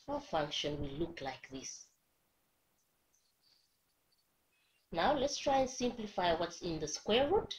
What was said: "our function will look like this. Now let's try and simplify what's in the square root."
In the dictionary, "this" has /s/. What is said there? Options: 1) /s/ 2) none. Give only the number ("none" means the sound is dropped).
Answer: 1